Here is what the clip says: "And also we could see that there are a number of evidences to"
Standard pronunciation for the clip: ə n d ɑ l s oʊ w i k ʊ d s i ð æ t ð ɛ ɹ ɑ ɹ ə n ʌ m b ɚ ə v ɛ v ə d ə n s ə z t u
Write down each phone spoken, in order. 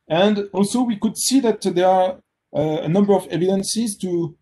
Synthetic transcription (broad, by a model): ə n d ɑ l s oʊ w i k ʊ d s i ð æ t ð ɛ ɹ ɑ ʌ ə n ʌ m b ɚ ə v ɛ v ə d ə n s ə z t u